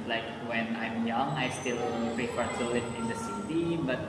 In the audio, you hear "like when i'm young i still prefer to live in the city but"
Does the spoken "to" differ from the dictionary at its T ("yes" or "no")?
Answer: yes